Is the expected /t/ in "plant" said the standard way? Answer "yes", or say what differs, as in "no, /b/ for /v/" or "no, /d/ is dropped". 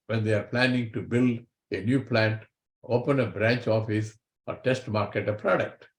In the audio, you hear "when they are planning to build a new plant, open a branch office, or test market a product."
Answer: yes